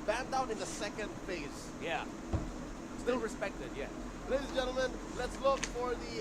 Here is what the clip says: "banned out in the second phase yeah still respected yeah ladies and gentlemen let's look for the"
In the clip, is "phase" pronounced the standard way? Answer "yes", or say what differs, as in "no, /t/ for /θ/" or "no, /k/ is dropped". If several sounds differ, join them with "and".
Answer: no, /s/ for /z/